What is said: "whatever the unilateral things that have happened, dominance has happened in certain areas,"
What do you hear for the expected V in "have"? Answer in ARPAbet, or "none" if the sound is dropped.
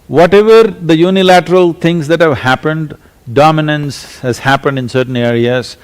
V